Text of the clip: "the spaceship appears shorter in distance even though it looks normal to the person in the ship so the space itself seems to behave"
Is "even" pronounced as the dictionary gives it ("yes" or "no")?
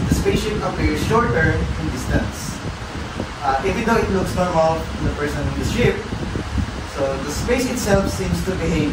no